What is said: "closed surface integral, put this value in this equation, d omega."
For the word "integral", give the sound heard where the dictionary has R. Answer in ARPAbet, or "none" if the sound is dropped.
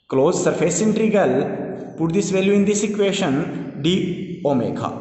none